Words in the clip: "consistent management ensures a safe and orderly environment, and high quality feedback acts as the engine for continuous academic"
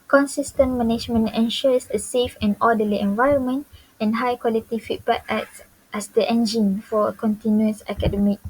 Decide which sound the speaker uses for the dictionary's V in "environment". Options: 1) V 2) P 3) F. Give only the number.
1